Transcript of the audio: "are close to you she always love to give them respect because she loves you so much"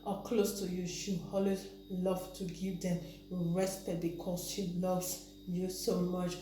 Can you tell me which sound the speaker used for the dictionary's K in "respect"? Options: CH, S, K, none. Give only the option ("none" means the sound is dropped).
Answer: none